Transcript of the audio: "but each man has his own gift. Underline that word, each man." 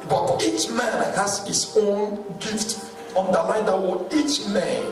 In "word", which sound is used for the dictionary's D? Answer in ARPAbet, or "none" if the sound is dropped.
none